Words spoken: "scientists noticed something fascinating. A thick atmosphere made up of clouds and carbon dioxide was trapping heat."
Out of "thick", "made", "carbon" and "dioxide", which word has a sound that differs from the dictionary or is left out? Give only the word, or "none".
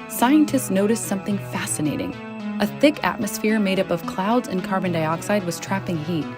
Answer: none